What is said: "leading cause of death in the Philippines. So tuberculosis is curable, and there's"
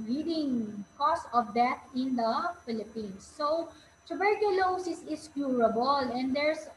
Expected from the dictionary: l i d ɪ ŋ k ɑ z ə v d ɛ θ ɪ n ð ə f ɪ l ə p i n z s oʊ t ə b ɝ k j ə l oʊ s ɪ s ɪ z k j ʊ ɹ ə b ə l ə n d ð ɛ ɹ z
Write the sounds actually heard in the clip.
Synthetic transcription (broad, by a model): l i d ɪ ŋ k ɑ s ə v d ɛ t ɪ n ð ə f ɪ l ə p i n s oʊ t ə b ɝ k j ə l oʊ s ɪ s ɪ s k j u ɹ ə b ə l ə n d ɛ ɹ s